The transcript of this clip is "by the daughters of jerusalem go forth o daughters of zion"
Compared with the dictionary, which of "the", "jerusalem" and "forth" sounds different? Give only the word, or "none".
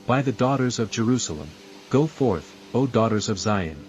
none